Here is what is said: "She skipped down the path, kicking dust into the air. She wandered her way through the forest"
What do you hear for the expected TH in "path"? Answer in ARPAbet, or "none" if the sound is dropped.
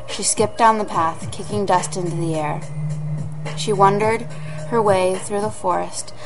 TH